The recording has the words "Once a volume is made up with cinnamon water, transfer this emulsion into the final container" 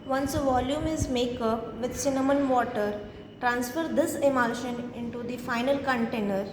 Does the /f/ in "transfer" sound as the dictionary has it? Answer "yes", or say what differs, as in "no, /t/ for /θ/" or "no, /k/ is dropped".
yes